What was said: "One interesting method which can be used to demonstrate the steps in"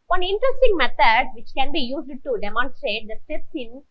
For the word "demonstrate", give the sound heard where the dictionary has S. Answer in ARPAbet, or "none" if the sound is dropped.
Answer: S